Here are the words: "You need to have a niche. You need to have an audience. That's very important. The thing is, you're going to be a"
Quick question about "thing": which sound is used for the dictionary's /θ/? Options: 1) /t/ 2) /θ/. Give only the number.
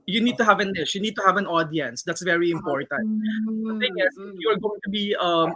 1